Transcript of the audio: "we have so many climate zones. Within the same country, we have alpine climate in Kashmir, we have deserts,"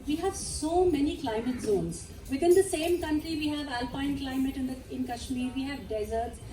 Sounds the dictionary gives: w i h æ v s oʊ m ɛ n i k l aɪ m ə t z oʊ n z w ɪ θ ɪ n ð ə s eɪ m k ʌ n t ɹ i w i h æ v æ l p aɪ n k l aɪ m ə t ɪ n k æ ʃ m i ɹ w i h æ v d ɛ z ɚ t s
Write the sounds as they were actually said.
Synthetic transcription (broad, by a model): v i h æ v s oʊ m ɛ n i k l aɪ m ə t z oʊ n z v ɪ t ɪ n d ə s eɪ m k ʌ n t ɹ i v i h æ v æ l p aɪ n k l aɪ m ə t ɪ n k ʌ ʃ m i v i h æ v d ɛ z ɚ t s